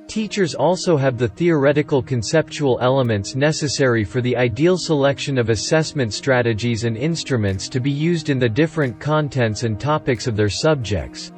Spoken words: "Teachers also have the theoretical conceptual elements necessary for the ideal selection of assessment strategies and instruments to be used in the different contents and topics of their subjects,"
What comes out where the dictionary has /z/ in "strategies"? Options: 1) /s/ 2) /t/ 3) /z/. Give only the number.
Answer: 3